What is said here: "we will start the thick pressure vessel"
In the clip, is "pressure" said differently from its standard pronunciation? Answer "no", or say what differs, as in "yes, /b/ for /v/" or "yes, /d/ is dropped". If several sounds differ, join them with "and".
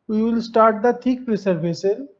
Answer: yes, /s/ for /ʃ/